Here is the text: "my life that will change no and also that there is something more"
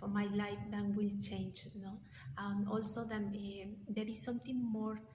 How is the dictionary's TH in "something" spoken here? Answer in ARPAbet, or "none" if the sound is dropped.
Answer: T